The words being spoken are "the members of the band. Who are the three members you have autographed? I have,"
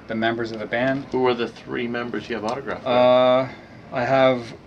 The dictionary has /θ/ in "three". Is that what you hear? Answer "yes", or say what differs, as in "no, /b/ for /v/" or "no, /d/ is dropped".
yes